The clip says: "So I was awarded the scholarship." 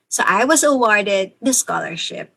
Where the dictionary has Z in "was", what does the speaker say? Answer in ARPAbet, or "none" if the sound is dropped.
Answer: Z